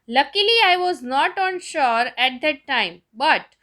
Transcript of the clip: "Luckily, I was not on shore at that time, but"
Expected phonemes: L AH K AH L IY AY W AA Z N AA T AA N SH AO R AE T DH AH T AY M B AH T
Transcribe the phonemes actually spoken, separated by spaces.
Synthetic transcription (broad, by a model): L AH K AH L IY AY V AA Z N AA T AA N SH AO R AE T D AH T AY M B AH T